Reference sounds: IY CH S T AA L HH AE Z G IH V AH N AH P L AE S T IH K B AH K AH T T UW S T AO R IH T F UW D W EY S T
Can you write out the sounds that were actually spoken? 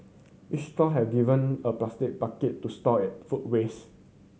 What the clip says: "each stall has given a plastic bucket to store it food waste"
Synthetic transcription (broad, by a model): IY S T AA HH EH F G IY V AH N AH P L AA S T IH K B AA K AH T T UW S T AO IH T F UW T W EY S